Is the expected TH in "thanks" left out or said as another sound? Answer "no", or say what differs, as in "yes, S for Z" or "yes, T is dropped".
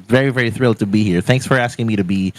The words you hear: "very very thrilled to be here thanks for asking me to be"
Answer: no